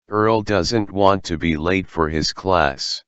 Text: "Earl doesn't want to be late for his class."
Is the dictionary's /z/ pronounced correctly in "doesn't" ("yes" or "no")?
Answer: yes